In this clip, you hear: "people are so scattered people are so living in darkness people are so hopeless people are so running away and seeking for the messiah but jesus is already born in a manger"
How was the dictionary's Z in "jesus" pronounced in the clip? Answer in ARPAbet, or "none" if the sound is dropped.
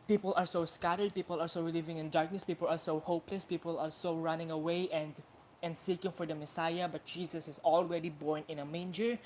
S